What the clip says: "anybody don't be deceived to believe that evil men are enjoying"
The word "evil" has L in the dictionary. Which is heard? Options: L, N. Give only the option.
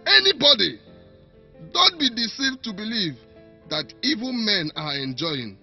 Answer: N